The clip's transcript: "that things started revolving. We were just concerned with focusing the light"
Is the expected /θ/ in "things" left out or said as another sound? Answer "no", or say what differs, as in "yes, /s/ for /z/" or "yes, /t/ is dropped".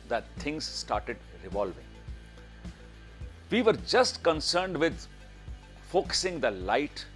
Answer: yes, /t/ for /θ/